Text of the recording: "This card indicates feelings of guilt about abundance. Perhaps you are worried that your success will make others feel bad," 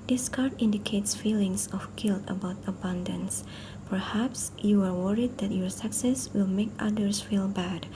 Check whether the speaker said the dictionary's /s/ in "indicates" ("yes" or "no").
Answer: yes